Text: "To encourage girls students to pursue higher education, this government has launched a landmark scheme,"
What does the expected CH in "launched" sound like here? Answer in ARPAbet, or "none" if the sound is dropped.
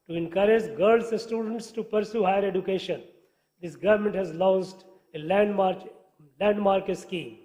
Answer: S